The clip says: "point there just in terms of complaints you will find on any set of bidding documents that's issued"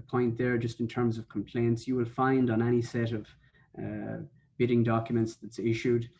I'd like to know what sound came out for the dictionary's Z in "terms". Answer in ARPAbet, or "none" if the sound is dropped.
Z